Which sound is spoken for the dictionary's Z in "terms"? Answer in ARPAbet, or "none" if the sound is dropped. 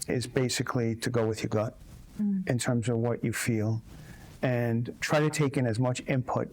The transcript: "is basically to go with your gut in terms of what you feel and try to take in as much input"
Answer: Z